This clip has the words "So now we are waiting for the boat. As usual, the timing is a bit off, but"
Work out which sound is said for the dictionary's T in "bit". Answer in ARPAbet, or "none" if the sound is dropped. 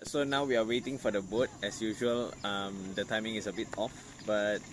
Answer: T